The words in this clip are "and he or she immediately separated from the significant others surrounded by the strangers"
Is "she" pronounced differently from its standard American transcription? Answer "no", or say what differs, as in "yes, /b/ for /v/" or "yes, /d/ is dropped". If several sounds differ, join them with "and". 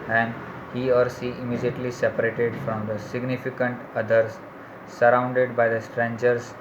yes, /s/ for /ʃ/